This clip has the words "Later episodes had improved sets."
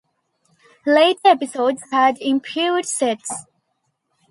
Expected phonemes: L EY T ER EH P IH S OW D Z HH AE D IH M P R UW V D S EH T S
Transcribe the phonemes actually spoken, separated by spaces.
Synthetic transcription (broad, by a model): L EY T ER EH P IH S OW D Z HH AE D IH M P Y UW D S EH T S